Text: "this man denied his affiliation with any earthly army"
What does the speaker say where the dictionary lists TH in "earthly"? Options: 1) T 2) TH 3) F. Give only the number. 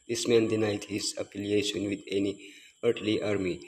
1